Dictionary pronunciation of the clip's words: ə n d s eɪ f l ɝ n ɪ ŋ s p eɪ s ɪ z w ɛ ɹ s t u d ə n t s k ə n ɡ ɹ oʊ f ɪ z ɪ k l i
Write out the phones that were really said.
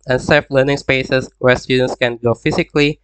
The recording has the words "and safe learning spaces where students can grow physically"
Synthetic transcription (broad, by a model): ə n s eɪ f l ɝ n ɪ ŋ s p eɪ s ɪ s w ɛ ɹ s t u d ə n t s k ə n ɡ oʊ f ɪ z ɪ k l i